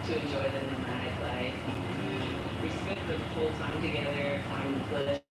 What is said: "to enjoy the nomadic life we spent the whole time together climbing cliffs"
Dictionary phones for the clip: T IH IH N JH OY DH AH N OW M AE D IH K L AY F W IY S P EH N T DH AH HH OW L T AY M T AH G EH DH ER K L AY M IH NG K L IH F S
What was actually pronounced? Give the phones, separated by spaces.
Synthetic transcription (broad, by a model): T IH IH N JH OY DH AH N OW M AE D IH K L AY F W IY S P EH T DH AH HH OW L T AY M T AH G EH DH ER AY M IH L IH